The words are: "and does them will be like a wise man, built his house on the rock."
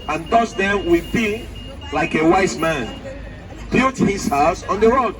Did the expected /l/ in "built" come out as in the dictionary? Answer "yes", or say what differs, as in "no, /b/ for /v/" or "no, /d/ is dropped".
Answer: no, /l/ is dropped